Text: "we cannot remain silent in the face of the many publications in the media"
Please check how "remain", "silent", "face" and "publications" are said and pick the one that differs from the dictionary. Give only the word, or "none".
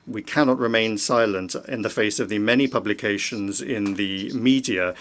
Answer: none